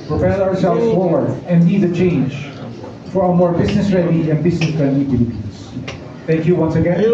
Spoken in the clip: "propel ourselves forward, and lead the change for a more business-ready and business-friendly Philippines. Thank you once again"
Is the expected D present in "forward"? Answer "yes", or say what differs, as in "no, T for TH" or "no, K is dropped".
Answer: no, D is dropped